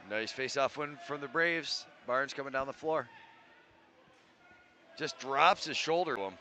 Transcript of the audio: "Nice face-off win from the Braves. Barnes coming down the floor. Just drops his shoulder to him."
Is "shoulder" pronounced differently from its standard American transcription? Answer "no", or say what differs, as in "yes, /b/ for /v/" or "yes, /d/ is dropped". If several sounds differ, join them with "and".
no